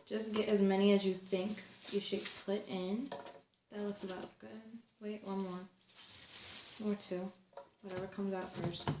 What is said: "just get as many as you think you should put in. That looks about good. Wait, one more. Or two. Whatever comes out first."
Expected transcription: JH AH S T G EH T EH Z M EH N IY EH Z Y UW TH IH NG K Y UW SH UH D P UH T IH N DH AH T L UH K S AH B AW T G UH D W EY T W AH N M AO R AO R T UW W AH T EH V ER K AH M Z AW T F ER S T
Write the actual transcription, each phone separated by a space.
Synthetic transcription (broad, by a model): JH AH S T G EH T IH Z M EH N IY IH Z Y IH TH IH NG K Y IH SH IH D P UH T IH N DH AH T L UH K S AH B AW T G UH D W EY T W AH N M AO R AO R T UW W AH T EH V ER K AH M Z AW T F ER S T